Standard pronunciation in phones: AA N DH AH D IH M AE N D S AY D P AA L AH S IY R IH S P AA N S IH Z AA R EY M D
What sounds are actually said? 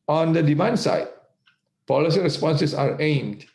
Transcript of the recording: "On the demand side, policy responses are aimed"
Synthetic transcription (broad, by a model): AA N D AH D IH M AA N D S AY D P AA L AH S IY R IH S P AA N S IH S AA R EY M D